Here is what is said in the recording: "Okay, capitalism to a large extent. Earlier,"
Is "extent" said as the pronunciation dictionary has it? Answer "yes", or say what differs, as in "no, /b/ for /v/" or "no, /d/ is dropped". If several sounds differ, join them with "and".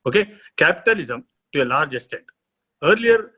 no, /k/ is dropped and /n/ is dropped